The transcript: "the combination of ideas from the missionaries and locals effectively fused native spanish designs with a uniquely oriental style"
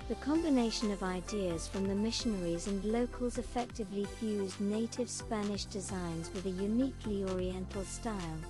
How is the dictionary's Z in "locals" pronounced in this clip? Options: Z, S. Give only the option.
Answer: Z